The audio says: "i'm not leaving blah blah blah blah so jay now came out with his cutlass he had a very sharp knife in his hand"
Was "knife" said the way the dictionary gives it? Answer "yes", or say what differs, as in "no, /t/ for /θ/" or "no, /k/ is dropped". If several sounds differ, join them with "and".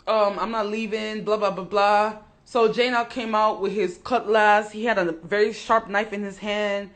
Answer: yes